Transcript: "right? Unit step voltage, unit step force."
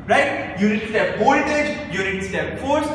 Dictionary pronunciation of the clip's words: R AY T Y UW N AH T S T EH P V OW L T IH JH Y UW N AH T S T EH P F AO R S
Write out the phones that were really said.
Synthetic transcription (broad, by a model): R AY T Y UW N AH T S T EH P B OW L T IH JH Y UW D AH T S T EH P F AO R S